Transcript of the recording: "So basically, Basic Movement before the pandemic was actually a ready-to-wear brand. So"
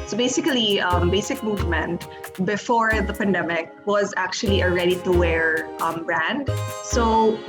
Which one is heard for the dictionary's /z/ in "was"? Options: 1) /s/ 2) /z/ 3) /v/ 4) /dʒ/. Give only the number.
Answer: 2